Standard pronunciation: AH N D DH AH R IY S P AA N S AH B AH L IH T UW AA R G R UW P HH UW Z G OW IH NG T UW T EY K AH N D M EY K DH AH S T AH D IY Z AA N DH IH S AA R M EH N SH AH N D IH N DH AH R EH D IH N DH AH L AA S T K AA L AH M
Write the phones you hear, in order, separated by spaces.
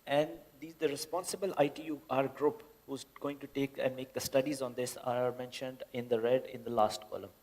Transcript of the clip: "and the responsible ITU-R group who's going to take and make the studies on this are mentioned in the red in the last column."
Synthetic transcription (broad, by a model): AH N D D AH R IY S P AA N S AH B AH L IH T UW AA R G R UW P HH UW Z G OW IH NG T UW T EY K AH N D M EY K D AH S T AH D IY Z AA N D IH S AA R M EH N SH AH N D IH N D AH R EH D IH N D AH L AA S T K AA L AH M